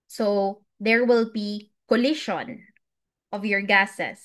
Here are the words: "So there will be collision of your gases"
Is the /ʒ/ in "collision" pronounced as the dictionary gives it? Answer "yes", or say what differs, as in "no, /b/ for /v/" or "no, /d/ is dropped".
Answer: no, /ʃ/ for /ʒ/